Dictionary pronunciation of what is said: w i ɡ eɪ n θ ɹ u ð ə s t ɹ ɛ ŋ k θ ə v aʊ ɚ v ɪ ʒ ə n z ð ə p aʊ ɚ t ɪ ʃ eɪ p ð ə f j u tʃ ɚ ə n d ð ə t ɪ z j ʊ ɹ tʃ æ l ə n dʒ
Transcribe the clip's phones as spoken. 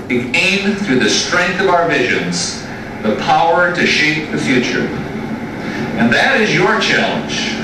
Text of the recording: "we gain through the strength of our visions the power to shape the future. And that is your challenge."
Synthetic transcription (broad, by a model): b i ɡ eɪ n θ ɹ u ð ə s t ɹ ɛ ŋ k θ ə v aʊ ɚ v ɪ ʒ ə n z ð ə p aʊ ɚ t ɪ ʃ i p ð ə f j u tʃ ɚ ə n ð ə t ɪ z j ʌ ɹ tʃ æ l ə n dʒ